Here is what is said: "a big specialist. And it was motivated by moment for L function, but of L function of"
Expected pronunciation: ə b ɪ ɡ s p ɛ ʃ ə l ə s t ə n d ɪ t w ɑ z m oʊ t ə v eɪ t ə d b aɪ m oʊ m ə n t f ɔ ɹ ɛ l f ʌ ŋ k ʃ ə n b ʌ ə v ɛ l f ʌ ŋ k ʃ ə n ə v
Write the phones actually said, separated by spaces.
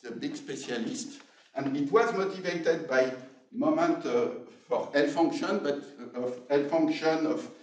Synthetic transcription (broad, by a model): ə b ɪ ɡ s p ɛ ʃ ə l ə s t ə n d ɪ t w ɑ z m oʊ t ə v eɪ t ə d b aɪ m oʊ m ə n t f ɔ ɹ ɛ l f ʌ ŋ k ʃ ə n b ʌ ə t ɛ l f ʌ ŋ k ʃ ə n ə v